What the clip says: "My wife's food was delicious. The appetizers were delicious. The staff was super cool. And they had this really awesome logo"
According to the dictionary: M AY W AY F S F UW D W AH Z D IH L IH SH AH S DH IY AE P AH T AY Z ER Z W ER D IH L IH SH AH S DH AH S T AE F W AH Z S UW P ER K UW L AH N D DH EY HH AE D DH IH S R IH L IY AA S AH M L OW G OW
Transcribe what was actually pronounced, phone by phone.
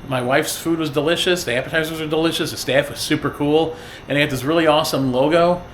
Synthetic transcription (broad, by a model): M AY W AY F S F UW D W AH Z D IH L IH SH AH S DH IY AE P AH T AY Z ER Z W ER D IH L IH SH AH S DH AH S T AE F W AH Z S UW P ER K UW L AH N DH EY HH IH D DH IH S R IH L IY AA S AH M L OW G OW